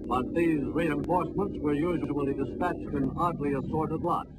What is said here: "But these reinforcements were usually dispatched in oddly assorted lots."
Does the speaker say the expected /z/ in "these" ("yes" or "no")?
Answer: yes